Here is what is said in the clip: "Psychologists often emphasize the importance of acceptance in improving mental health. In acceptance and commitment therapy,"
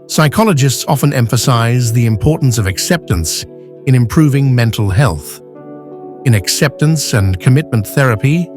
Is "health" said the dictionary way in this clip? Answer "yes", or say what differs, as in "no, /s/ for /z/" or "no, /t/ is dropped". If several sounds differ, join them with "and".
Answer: yes